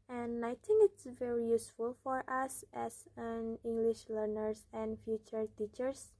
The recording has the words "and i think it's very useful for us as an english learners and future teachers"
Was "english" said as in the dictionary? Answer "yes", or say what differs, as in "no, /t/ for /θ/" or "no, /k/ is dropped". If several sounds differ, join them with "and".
yes